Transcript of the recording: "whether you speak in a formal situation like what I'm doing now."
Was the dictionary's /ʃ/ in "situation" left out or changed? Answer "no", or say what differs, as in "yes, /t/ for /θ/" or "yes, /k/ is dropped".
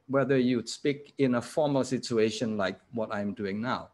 no